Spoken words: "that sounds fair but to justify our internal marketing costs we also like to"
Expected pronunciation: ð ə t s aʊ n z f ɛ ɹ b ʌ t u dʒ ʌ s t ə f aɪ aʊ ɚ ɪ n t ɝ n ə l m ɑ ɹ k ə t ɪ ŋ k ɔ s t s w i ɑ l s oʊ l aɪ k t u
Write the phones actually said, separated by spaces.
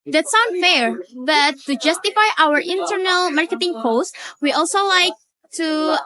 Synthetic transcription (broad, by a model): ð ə t s aʊ n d f ɛ ɹ b ʌ t u dʒ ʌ s t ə f aɪ aʊ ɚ ɪ n t ɝ n ə l m ɑ ɹ k ə t ɪ ŋ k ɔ s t w i ɑ l s oʊ l aɪ k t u